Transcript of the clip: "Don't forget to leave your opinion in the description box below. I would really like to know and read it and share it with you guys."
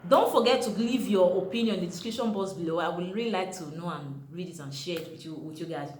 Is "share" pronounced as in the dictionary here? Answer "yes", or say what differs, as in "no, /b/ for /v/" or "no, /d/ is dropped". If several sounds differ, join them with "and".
no, /w/ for /ɹ/